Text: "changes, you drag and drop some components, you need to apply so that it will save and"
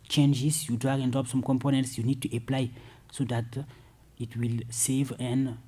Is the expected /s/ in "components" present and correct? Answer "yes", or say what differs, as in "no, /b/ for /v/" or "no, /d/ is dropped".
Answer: yes